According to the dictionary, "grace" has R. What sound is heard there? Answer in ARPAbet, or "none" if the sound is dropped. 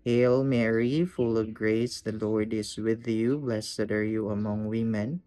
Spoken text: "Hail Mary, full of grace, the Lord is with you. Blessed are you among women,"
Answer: R